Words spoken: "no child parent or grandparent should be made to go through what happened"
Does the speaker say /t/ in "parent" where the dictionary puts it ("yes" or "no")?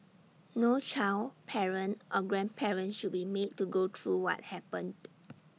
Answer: yes